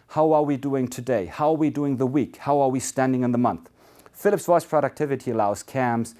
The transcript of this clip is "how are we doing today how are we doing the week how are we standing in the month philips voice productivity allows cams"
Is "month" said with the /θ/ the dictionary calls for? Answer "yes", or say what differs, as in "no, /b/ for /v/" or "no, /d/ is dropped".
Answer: yes